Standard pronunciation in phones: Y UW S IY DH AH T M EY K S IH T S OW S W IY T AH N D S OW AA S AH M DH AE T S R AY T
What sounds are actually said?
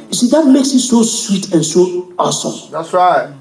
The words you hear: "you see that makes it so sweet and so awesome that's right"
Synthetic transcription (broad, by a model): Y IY S IY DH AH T M EY K S IH T S OW S W IY T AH N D S OW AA S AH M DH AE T S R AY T